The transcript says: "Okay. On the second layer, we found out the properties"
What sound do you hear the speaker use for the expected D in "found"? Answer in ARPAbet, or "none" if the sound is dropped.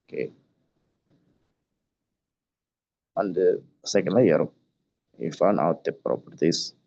none